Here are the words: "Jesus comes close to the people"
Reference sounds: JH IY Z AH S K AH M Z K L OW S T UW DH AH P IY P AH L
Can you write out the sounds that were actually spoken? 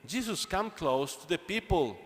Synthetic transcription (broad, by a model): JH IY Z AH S K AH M K L OW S T UW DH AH P IY P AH L